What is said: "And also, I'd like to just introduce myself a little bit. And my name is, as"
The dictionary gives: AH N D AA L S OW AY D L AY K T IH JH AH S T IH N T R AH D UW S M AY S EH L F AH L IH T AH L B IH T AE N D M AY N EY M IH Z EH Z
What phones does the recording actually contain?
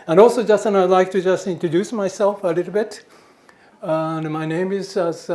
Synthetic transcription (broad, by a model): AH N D AA L S OW AY D L AY K T IH JH AH S T IH N T R AH D UW S M AY S EH L F AH L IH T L B IH T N M AY N EY M IH Z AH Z